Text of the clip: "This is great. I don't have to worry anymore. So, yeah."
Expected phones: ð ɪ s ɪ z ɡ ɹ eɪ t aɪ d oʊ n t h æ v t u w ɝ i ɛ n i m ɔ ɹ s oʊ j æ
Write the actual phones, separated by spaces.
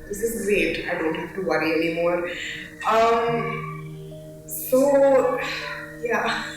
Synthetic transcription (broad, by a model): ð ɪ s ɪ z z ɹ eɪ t aɪ d oʊ n t h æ f t u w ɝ i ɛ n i m ɔ ɹ s oʊ j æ